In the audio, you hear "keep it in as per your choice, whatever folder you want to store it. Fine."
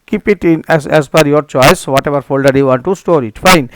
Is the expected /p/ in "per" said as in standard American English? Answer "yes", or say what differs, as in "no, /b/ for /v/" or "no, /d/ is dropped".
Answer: no, /f/ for /p/